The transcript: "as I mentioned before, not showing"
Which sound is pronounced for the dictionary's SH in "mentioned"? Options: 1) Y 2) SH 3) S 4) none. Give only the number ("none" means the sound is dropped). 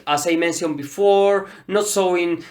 3